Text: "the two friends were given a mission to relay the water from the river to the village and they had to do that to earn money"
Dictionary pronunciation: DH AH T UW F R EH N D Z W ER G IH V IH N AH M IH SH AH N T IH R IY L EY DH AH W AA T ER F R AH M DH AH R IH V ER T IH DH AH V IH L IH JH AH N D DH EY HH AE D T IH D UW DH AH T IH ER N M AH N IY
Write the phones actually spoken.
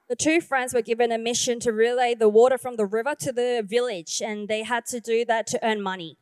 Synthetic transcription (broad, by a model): DH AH T UW F R EH N D Z W ER G IH V IH N AH M IH SH AH N T IH R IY L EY DH AH W AA T ER F R AH M DH AH R IH V ER T IH DH AH V IH L IH JH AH N DH EY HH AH D T IH D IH DH AH T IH ER N M AH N IY